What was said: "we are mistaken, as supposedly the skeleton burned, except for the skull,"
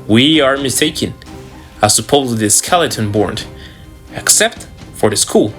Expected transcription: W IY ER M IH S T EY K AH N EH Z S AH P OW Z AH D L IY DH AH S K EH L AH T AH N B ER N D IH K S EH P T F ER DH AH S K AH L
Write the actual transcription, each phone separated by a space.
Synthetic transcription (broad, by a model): W IY ER M IH S T EY K AH N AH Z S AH P OW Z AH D IY S K EH L AH T AH N B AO N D IH K S EH P T F ER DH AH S K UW L